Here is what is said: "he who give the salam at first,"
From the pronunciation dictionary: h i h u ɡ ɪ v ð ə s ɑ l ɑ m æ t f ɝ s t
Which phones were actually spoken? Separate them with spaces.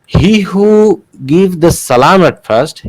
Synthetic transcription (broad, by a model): h i h u ɡ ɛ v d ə s ɑ l ɑ m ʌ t f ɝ s t